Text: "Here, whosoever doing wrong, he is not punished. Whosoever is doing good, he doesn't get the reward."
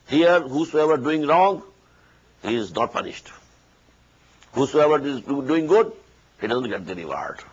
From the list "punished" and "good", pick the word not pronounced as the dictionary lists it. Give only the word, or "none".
none